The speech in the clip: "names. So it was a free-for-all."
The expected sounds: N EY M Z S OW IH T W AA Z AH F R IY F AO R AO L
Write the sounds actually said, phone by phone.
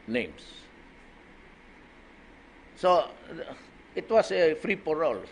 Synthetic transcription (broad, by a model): N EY M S S OW IH T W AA S AH F R IY P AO R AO L